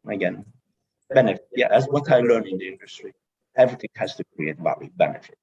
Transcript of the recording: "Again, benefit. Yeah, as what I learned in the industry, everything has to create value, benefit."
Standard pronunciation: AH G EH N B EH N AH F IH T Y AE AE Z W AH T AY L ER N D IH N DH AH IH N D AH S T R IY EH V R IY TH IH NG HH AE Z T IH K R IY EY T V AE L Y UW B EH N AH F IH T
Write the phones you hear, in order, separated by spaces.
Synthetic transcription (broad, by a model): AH G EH N B EH N AH F IH T Y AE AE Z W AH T AY L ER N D IH N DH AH IH N D AH S T R IY EH V R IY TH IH NG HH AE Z T IH K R IY EY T B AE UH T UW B EH N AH F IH T